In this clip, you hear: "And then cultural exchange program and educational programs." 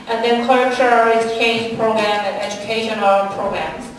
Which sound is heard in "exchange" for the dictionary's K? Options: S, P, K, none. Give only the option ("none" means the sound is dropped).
none